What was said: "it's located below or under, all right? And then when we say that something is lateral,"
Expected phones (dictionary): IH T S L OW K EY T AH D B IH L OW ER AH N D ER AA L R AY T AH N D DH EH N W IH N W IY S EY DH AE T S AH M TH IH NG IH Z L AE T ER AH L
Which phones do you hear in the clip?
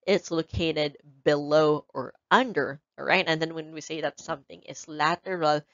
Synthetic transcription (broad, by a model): IH T S L OW K EY T AH D B IH L OW ER AH N D ER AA R AY T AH N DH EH N W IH N W IY S EY DH AE T S AH M TH IH NG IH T L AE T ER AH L